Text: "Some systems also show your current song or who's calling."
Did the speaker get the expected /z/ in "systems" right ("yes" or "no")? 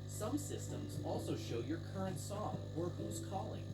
yes